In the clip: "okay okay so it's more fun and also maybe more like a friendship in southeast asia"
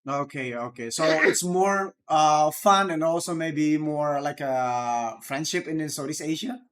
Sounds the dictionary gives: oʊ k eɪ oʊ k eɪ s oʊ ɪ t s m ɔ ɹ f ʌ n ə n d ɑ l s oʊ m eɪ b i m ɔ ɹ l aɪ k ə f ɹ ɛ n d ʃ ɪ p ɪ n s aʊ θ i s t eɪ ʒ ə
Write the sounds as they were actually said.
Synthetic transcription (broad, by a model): oʊ k eɪ oʊ k eɪ s oʊ ɪ t s m ɔ ɹ f ʌ n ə n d ɑ l s oʊ m eɪ b i m ɔ ɹ l aɪ k ə f ɹ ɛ n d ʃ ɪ p ɪ n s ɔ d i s eɪ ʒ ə